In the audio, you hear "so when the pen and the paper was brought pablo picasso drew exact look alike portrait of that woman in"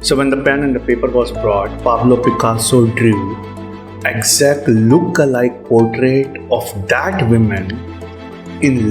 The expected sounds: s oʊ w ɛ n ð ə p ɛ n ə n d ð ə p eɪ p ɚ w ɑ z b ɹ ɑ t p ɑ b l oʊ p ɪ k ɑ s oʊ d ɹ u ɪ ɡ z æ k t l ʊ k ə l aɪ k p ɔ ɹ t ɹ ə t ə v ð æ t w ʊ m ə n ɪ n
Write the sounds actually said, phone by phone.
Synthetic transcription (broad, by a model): s oʊ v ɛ n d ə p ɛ n ə n d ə p eɪ p ɚ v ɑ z b ɹ ɑ t p ɑ b l oʊ p ɪ k ɑ s oʊ d ɹ u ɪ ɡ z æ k t l ʊ k ə l aɪ k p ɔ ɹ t ɹ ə t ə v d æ t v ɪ m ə n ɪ n